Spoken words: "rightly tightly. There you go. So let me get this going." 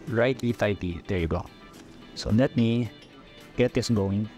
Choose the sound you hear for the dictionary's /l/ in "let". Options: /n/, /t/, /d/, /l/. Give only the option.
/n/